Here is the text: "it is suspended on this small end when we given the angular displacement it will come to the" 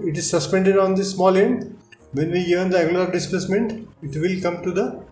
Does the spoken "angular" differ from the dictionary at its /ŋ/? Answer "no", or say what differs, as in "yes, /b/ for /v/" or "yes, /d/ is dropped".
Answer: yes, /ŋ/ is dropped